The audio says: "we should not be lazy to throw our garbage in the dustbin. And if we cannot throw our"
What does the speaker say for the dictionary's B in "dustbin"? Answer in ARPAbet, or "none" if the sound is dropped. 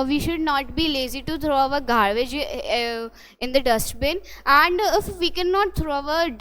B